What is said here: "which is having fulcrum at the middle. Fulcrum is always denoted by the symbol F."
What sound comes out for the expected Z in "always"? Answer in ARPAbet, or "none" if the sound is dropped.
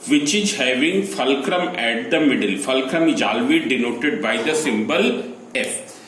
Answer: none